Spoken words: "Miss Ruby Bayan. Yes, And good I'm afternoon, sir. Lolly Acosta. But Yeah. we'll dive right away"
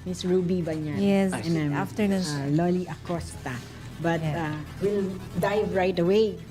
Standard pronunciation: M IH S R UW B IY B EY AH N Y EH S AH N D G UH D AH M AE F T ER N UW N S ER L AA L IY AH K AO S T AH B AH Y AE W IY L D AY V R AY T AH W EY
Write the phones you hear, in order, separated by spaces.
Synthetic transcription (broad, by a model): M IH S R UW B IY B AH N Y EH S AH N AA AH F T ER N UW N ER L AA L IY AH K AO S T AH B AH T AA W IY L D AY V R AY T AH W EY